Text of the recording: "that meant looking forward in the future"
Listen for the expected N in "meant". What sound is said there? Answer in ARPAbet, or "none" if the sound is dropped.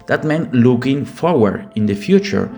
N